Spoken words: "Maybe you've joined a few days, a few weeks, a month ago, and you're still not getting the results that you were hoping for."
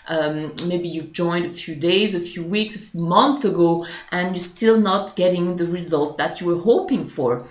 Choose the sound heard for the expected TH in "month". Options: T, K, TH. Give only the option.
TH